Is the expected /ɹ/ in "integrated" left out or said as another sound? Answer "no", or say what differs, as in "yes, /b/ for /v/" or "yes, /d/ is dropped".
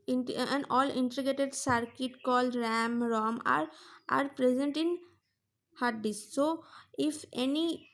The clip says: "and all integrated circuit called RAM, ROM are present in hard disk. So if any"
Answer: yes, /ɹ/ is dropped